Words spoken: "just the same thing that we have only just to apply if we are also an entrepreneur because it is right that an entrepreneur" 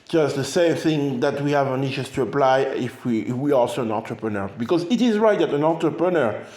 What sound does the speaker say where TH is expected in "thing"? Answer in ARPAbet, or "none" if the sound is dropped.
TH